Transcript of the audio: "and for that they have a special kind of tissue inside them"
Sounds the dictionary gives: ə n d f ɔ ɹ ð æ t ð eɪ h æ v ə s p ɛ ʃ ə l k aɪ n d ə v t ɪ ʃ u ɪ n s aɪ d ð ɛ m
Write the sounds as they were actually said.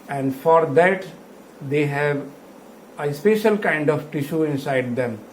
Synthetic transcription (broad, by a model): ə n d f ɔ ɹ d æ t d eɪ h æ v ə s p ɛ ʃ ə l k aɪ n d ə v t ɪ ʃ u ɪ n s aɪ d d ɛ m